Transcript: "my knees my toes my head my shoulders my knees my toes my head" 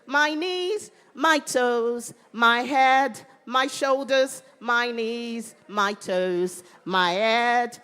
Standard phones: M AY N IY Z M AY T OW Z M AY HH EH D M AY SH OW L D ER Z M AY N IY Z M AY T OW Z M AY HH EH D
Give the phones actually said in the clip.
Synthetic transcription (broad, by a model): M AY N IY Z M AY T OW Z M AY HH EH D M AY SH OW L D ER Z M AY N IY Z M AY T OW Z M AY HH EH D